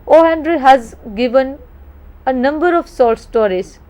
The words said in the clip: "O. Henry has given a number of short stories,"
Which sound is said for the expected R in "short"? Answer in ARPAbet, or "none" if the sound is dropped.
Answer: L